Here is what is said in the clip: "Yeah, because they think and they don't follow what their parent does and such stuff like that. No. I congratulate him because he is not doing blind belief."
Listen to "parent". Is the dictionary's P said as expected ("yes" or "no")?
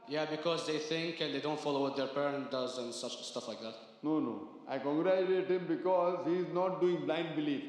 yes